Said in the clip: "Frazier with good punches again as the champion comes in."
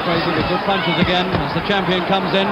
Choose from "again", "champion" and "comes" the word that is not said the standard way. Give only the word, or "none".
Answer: none